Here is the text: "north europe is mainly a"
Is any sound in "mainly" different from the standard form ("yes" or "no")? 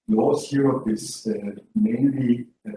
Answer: no